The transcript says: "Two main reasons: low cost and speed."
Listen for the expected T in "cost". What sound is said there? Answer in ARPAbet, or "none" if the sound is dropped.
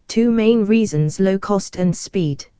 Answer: T